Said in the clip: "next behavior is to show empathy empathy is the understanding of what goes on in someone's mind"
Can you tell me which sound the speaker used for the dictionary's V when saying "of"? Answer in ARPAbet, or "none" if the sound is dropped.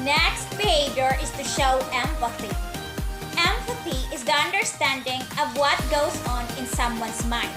V